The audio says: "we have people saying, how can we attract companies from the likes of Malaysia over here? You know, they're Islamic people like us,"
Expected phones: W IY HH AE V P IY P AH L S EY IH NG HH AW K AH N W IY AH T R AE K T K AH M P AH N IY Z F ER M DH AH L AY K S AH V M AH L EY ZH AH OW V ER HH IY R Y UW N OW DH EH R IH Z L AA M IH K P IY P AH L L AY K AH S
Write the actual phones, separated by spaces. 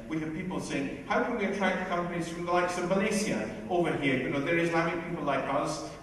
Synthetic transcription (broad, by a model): W IY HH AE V P IY P L S EY IH NG HH AW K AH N W IY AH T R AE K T K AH M P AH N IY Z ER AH L AY K S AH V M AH L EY S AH OW V ER HH IY R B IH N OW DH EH R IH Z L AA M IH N P IY P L L AY K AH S